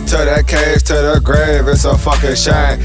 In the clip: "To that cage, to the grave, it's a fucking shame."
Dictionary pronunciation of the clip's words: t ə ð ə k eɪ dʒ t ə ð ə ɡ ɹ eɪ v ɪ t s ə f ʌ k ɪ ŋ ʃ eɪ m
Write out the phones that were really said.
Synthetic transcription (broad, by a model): t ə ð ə k eɪ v t ə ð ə ɡ ɹ eɪ v ɪ t s ə f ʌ k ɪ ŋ ʃ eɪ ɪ